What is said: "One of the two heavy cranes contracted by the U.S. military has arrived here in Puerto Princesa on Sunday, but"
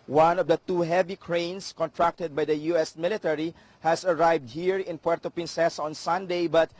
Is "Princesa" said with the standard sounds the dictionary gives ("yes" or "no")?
no